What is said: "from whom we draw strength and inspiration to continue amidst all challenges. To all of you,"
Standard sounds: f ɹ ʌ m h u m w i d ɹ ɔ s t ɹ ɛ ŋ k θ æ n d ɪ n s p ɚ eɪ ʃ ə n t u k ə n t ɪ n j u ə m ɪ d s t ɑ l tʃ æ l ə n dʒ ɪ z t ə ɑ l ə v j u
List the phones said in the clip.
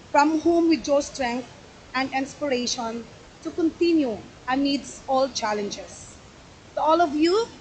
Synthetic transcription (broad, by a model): f ɹ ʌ m h u m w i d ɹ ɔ s t ɹ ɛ ŋ k t æ n d ɪ n s p ɚ eɪ ʃ ə n t u k ə n t ɪ n j u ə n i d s ɑ l tʃ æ l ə n dʒ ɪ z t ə ɑ l ə v j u